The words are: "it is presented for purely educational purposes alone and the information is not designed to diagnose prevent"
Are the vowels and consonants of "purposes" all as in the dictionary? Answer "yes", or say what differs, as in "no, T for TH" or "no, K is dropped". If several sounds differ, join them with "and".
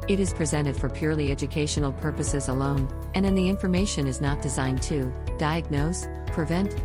yes